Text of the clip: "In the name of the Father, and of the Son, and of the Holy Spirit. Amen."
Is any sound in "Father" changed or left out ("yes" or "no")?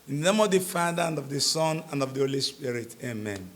no